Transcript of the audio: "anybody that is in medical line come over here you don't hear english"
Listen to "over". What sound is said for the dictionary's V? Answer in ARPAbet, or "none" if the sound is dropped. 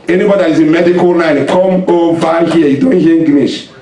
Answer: B